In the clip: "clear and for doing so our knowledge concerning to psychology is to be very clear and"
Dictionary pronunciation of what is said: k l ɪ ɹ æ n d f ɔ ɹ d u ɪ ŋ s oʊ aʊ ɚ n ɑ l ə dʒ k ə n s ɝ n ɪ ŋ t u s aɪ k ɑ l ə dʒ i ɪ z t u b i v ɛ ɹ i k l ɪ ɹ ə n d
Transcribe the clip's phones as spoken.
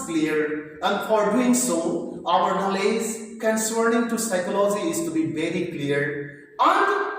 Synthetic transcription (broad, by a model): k l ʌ ɹ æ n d f ɔ ɹ d u ɪ ŋ s oʊ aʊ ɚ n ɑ l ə z k ə n s ɝ n ɪ ŋ t u s aɪ k ɑ l ə dʒ i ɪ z t u b i v ɛ ɹ i k l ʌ ɹ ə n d